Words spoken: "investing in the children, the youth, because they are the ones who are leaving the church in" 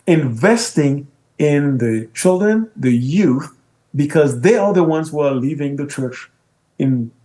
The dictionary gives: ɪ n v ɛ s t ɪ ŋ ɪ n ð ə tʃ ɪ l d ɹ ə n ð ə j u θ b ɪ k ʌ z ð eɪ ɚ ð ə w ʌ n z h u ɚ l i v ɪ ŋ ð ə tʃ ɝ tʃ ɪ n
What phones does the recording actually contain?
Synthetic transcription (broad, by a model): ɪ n v ɛ s t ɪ ŋ ɪ n ð ə tʃ ɪ l d ɹ ə n ð ə j u θ b ɪ k ʌ z ð eɪ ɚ ð ə w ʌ n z h u ɚ l i v ɪ ŋ ð ə tʃ ɝ tʃ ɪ n